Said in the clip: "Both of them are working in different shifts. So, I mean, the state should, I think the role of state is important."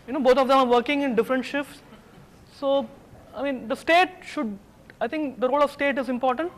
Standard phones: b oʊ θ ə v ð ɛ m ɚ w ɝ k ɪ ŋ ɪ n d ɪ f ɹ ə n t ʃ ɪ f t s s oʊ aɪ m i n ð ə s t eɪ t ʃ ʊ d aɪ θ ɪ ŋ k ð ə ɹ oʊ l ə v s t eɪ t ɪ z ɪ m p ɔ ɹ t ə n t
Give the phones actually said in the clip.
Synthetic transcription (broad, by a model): b oʊ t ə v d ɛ m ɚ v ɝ k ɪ ŋ ɪ n d ɪ f ɹ ə n t ʃ ɪ f t s s oʊ aɪ m i n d ə s t eɪ t ʃ ʊ d aɪ t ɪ ŋ k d ə ɹ oʊ l ə v s t eɪ t ɪ z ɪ m p ɔ ɹ t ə n t